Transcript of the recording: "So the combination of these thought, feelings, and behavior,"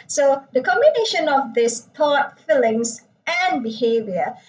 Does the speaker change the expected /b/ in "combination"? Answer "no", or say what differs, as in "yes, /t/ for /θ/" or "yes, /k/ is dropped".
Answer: no